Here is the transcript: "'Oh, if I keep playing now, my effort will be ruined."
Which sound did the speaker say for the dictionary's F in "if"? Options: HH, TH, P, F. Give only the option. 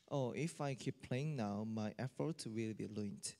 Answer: F